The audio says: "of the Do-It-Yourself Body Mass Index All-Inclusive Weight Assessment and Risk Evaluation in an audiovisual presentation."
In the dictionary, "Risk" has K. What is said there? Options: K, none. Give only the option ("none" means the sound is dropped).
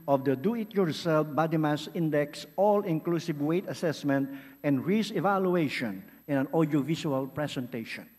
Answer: none